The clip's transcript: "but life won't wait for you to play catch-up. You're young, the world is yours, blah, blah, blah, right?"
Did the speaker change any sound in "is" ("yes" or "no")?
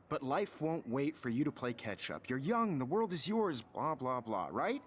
no